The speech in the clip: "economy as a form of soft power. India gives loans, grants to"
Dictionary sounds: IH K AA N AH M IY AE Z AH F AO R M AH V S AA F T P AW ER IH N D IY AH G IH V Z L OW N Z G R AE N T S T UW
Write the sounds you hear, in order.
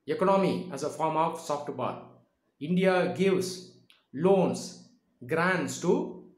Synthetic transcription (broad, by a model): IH K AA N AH M IY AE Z AH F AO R M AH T S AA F T B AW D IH N D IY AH G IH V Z L OW N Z G R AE N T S T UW